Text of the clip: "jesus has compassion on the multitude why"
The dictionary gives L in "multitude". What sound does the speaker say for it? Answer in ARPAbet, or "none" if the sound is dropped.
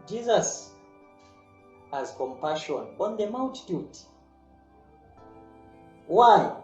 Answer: W